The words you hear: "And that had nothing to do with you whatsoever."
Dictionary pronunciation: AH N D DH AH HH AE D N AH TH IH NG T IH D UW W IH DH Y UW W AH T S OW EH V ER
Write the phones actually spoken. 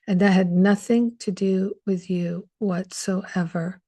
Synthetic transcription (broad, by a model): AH N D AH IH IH D N AH TH IH NG T IH D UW W IH DH Y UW W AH T S OW EH V ER